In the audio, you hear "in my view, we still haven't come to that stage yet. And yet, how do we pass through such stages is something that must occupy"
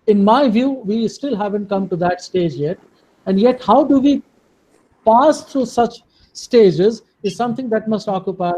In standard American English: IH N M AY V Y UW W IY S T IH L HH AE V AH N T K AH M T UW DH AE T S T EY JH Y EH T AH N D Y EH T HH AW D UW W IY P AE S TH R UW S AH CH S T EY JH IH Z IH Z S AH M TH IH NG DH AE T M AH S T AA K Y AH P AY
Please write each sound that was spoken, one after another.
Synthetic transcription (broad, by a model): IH N M AY V Y UW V IY S T IH L HH AE V AH N T K AH M T UW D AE T S T EY JH Y EH T AH N D Y EH T HH AW D UW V IY P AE S T R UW S AH CH S T EY JH IH Z IH Z S AH M T IH NG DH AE T M AH S T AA K Y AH P AY